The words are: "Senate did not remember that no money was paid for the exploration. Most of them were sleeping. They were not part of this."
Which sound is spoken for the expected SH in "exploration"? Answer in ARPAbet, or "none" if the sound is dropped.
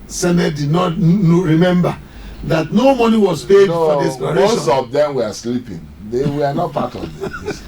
none